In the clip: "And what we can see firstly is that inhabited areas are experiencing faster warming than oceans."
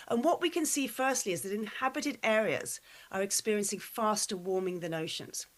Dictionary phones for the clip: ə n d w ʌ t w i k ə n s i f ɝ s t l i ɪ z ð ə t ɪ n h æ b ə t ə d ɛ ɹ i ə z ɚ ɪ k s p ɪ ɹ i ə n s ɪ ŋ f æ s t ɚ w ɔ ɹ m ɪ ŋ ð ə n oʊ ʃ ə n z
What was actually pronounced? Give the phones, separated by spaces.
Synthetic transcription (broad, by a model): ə n w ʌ t w i k ə n s i f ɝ s t l i ɪ z ð ə t ɪ n h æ b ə t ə d ɛ ɹ i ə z ɚ ɪ k s p ɪ ɹ i ə n s ɪ ŋ f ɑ s t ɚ w ɔ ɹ m ɪ ŋ ð ə n oʊ ʃ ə n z